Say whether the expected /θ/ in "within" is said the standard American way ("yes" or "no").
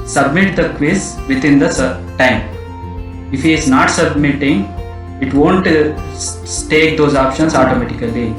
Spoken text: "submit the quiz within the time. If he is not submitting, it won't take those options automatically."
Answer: no